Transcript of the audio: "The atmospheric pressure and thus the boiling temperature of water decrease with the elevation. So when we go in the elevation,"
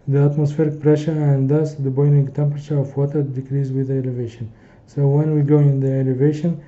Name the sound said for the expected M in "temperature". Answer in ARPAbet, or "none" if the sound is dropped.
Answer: M